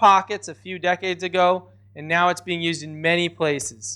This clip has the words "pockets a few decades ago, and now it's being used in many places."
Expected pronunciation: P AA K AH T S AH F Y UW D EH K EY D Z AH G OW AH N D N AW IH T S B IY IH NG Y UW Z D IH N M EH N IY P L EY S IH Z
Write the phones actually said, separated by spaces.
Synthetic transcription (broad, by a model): AA K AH T S AH F Y UW D EH K EY D Z AH G OW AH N N AW IH T S B IY IH NG Y UW Z D IH N M EH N IY P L EY S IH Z